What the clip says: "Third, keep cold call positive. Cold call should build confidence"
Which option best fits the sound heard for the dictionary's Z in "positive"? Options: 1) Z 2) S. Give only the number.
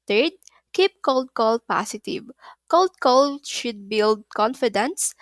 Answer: 2